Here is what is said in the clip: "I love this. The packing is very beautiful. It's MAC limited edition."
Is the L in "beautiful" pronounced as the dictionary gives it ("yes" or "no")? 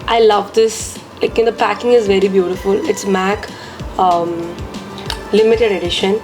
yes